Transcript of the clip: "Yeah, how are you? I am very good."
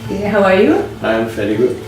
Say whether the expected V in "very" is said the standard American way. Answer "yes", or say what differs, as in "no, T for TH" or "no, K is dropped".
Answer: no, F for V